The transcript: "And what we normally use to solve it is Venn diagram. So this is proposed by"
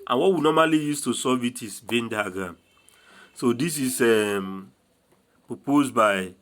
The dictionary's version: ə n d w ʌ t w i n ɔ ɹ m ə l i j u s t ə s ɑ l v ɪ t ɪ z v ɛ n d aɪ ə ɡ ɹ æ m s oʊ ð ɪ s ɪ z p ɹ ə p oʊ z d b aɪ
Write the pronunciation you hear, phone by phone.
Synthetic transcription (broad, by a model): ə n w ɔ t w i n ɔ m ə l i j u s t ə s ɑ v ɪ t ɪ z v ɛ n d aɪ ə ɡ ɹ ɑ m s oʊ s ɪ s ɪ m p ɹ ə p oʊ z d b aɪ